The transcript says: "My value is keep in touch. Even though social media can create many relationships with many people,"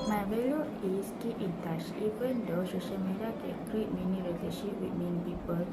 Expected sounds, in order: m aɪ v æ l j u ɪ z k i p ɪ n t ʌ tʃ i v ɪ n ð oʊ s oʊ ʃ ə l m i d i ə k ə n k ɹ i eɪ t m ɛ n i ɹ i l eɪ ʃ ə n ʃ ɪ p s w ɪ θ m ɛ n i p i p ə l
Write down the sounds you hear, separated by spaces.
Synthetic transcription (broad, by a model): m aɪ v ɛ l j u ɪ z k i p ɪ n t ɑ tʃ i p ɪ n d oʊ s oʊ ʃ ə l m i d i ə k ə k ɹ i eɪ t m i n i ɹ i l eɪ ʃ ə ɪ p w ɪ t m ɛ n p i p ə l